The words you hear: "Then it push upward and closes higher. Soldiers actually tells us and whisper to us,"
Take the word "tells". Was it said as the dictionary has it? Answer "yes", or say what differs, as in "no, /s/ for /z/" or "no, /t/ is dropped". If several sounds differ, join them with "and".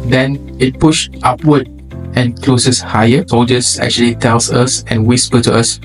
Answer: no, /s/ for /z/